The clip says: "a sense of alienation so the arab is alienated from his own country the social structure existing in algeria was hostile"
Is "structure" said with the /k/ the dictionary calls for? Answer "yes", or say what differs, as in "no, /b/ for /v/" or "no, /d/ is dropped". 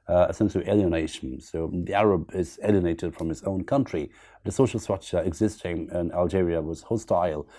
no, /k/ is dropped